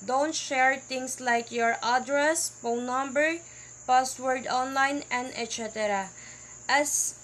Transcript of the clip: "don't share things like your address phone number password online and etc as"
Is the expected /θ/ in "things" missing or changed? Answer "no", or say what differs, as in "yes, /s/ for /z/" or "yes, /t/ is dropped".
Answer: yes, /t/ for /θ/